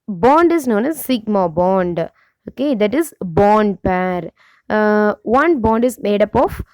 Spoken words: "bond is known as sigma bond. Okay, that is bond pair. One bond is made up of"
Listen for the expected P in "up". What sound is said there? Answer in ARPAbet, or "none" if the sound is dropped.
P